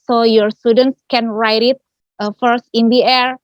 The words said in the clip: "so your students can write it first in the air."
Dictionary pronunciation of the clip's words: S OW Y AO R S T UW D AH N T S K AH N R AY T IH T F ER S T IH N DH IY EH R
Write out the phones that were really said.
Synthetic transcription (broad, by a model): S OW Y AO R S T UW D AH N T S K AH N R AY T IH T F ER S T IH N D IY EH R